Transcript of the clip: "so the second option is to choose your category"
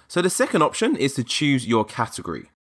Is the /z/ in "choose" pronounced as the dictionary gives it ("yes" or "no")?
yes